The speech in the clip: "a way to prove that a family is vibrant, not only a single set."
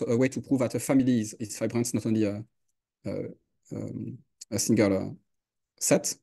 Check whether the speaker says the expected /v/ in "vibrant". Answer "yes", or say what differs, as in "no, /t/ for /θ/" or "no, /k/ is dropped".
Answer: no, /f/ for /v/